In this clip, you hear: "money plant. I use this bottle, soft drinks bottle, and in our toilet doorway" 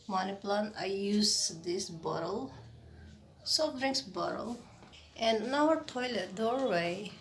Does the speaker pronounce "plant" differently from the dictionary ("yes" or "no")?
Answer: yes